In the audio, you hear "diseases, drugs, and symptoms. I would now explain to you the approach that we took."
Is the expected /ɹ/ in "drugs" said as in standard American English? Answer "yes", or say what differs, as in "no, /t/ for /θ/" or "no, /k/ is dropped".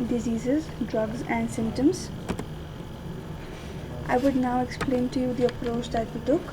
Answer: yes